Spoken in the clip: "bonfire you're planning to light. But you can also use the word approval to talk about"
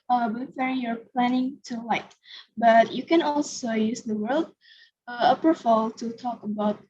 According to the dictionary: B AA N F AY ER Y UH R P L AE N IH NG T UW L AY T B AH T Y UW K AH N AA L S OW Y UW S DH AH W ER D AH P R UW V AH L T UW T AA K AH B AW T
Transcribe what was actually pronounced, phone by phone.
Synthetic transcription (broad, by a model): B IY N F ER Y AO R P L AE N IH NG T UW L AY T B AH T Y UW K AH N AA L S OW Y UW S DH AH W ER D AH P AH F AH L T UW T AA K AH B AW T